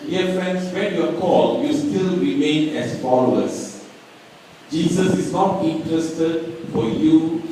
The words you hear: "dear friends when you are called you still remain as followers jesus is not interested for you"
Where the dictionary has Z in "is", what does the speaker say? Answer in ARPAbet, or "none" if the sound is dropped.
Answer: S